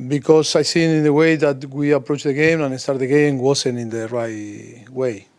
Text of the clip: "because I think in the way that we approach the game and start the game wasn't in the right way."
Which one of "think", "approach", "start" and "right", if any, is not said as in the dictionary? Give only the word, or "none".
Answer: think